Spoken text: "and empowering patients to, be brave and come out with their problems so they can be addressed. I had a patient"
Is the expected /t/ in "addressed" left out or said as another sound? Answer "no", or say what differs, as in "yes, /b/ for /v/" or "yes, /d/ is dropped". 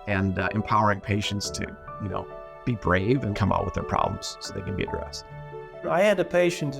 no